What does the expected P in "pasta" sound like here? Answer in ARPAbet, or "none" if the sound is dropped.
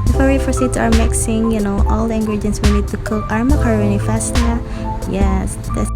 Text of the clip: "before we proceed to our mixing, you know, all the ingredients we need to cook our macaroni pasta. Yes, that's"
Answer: F